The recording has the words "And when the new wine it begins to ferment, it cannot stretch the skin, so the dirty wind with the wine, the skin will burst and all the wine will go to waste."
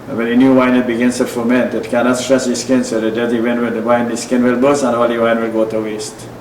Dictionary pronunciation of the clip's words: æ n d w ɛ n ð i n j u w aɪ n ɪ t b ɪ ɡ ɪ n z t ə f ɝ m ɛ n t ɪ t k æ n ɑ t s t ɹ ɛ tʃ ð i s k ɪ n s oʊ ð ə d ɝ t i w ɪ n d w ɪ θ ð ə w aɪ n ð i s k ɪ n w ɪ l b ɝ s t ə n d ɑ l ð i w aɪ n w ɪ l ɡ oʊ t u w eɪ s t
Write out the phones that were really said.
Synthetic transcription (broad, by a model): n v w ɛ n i n j u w aɪ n ɪ t b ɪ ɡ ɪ n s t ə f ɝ m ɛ n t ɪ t k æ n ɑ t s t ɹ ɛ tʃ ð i s k ɪ n s oʊ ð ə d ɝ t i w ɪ n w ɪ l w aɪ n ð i s k ɪ n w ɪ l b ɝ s ə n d ɑ l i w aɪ n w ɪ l ɡ oʊ t u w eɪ s t